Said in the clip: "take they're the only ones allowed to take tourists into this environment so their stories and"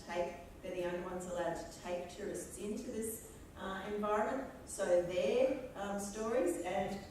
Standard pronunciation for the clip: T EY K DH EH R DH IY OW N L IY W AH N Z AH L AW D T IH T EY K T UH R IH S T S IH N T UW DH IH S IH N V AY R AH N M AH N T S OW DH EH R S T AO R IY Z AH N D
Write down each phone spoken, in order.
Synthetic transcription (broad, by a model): T EY K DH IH DH IY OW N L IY W AH N Z AH L AW D T IH T EY K T UH R IH S T S IH N T UW DH IH S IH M V AY R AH N M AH N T S OW DH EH R S T AO R IY Z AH N